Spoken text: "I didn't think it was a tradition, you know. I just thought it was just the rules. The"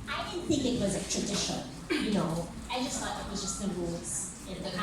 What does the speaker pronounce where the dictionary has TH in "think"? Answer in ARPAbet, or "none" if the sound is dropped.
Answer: TH